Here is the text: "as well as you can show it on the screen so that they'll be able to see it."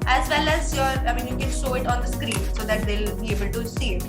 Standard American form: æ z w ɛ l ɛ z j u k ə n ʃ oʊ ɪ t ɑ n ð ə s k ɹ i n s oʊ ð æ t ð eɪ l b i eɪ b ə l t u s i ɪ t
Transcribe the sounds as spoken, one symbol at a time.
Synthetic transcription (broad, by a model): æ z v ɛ l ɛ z j u k ə n ʃ oʊ ɪ t ɑ n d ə s k ɹ i n s oʊ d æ t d eɪ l b i eɪ b ə l t u s i ɪ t